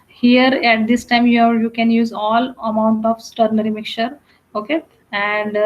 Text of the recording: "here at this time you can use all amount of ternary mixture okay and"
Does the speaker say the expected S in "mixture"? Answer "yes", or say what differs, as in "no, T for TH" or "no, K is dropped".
no, S is dropped